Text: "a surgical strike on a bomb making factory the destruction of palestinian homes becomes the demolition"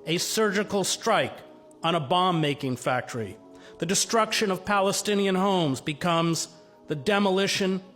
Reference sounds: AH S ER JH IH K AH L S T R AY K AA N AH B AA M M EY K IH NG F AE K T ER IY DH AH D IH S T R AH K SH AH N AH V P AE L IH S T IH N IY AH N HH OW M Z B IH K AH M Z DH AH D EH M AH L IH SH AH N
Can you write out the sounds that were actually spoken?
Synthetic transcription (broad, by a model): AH S ER JH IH K L S T R AY K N AH B AA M M EY K IH NG F AE K T ER IY DH AH D IH S T R AH K SH AH N AH V P AE L IH S T IH N IY AH N HH OW M Z B IH K AH M Z DH AH D EH M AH L IH SH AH N